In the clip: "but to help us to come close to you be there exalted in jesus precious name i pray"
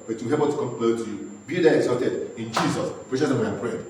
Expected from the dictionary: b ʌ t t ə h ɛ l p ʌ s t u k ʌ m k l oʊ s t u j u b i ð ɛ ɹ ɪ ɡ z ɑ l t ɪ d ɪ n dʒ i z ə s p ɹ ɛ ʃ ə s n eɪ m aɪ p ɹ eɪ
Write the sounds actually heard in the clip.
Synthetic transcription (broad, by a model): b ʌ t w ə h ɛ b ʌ t u k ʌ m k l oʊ t u j u b i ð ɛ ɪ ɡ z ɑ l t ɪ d ɪ n dʒ i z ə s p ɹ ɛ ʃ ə n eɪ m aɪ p ɹ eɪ